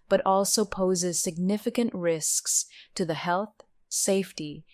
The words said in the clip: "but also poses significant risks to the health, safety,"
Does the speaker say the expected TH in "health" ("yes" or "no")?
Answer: yes